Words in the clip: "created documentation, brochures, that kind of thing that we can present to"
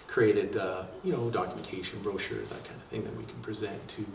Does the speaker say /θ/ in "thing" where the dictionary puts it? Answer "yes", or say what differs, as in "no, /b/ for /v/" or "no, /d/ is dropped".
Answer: yes